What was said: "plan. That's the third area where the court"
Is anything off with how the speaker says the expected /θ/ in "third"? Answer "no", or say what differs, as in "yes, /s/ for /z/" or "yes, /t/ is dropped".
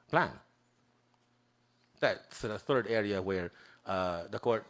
no